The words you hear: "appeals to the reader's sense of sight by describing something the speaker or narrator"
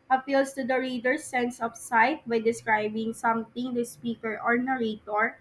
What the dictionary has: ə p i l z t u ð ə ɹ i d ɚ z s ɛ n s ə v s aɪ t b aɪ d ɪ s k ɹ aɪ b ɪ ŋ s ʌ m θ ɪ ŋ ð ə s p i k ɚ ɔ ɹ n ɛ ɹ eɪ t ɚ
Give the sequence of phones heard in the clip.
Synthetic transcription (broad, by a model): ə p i l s t u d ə ɹ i d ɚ s ɛ n s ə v s aɪ t b aɪ d ɪ s k ɹ aɪ b ɪ ŋ s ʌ m t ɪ ŋ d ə s p i k ɚ ɔ ɹ n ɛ ɹ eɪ t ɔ